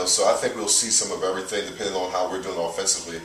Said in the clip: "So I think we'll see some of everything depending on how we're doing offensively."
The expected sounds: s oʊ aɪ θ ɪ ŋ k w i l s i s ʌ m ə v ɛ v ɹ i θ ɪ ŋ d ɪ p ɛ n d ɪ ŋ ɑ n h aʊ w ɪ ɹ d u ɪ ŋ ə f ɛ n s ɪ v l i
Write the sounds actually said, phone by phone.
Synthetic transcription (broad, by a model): s oʊ aɪ θ ɪ ŋ k w i l s i s ʌ m ə v ɛ v ɹ i θ ɪ ŋ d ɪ p ɛ n d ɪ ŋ n h aʊ w ɪ ɹ d u ɪ ŋ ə f ɛ n s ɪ v l i